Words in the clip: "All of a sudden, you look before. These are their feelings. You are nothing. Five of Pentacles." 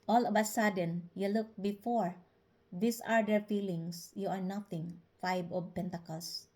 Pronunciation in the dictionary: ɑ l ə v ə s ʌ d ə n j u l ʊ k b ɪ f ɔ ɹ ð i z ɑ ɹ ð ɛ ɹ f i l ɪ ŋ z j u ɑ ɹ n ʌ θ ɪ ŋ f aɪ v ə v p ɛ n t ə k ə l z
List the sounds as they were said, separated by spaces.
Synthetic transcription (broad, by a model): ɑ l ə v ə s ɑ d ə n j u l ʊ k b ɪ f ɔ ɹ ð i s ɑ ɹ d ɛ ɹ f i l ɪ ŋ s j u ɑ ɹ n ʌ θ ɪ ŋ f aɪ b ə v p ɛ n t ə k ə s